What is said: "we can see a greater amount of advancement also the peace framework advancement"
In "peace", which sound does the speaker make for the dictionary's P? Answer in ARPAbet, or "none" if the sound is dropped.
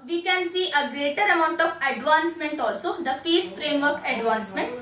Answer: F